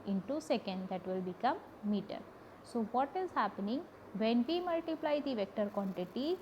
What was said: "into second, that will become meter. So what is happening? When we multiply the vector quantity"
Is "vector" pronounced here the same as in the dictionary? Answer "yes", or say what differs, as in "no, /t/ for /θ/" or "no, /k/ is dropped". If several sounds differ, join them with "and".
yes